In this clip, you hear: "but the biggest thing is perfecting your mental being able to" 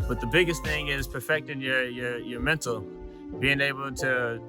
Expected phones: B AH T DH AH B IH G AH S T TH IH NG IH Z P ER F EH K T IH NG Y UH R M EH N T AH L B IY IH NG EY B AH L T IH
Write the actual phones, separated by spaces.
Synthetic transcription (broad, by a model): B AH T DH AH B IH G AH S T TH IH NG IH Z P ER F EH K T IH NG Y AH R M EH N T L B IY IH NG EY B L T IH